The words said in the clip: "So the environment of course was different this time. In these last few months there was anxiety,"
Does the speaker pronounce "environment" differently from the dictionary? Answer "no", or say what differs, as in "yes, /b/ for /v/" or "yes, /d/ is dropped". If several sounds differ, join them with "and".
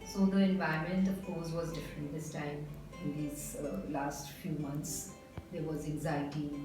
yes, /ɹ/ is dropped